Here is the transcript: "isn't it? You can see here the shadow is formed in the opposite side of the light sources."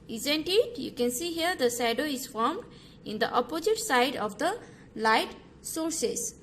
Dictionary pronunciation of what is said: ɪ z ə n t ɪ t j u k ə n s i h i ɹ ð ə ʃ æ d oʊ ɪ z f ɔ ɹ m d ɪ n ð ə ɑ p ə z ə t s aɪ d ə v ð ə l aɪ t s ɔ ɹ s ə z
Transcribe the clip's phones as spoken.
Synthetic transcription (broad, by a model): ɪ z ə n t ɪ t j u k ə n s i h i ɹ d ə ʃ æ d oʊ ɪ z f ɔ ɹ m d ɪ n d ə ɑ p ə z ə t s aɪ d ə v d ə l aɪ t s ɔ ɹ s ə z